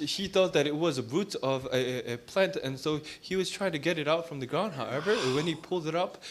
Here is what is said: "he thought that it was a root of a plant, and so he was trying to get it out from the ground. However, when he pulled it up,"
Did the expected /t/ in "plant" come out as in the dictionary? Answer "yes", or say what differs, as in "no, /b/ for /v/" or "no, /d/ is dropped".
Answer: yes